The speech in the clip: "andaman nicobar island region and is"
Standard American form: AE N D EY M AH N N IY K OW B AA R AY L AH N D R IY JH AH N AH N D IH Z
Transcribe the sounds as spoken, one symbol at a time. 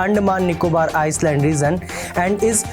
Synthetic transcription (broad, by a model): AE N D M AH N N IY K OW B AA R AY L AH N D R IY Z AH N AH N D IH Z